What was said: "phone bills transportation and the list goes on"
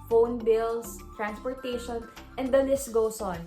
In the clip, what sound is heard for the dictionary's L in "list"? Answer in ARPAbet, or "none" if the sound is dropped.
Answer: N